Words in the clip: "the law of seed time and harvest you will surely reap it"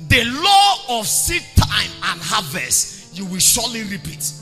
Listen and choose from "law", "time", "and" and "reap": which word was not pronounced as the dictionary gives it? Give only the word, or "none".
none